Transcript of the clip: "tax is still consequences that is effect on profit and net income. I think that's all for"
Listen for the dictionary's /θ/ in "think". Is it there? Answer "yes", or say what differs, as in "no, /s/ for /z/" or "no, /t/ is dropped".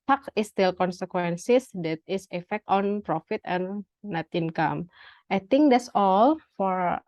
no, /t/ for /θ/